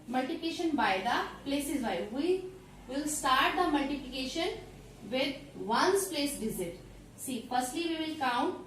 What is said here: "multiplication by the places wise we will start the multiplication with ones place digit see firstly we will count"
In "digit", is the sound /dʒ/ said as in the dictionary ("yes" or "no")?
no